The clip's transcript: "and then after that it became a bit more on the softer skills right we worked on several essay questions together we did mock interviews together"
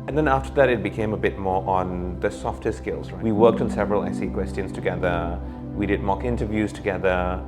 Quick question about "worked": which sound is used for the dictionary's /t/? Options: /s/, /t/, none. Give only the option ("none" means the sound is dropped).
/t/